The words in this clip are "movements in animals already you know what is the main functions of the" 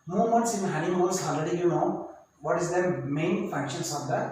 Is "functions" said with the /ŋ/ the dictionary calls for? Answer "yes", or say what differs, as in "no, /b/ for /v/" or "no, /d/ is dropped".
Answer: no, /ŋ/ is dropped